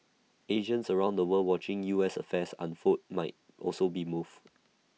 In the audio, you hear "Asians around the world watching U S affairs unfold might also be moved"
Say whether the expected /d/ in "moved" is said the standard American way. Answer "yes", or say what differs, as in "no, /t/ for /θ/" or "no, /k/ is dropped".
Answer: no, /d/ is dropped